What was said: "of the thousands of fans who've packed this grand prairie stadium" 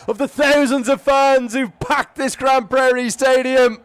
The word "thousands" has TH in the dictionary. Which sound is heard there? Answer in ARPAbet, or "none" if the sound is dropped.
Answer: TH